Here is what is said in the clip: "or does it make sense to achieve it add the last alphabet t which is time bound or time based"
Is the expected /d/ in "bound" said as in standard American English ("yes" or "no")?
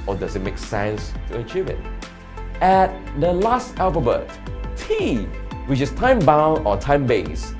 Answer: no